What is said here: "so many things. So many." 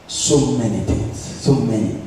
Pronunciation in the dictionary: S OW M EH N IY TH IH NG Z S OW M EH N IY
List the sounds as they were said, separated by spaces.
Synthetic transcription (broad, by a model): S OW M EH N IY T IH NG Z S OW M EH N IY